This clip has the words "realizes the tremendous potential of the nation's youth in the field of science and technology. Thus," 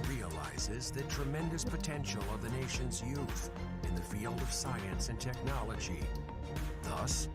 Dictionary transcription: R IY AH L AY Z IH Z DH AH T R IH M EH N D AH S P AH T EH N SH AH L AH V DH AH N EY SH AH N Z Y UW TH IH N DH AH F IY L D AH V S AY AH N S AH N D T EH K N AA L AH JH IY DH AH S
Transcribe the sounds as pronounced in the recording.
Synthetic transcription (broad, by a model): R IY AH L AY Z IH Z DH AH T R IH M EH N D AH S P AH T EH N SH L AH V DH AH N EY SH AH N Z Y UW TH IH N DH AH F IY L D AH V S AY AH N S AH N T EH K N AA L AH JH IY DH AH S